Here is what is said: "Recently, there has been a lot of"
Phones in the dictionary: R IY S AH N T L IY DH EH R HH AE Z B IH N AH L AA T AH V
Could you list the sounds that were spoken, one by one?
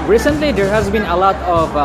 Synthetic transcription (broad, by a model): R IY S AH N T L IY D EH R HH AE Z B IH N AH L AA T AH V